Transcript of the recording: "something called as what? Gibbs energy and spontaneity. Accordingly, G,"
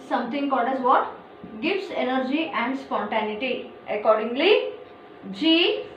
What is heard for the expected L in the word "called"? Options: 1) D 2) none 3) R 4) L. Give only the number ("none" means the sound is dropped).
2